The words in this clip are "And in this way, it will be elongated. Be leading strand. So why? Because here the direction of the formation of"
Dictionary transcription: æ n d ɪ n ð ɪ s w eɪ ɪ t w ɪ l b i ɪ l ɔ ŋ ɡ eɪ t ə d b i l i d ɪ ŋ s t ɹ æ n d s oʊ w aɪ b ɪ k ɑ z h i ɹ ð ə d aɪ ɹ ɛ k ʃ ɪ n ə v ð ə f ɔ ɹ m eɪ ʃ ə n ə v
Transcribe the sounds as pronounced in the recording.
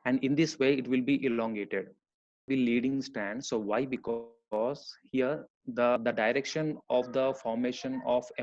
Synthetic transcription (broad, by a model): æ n d ɪ n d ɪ s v eɪ ɪ t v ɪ l b i ɪ l ɔ ŋ ɡ eɪ t ə d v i l i d ɪ ŋ s t æ n d s oʊ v aɪ b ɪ k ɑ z h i ɹ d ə d aɪ ɹ ɛ k ʃ ɪ n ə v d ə f ɔ ɹ m eɪ ʃ ə n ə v